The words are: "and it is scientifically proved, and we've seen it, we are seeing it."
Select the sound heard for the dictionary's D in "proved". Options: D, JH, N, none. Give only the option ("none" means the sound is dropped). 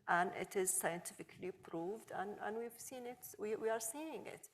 D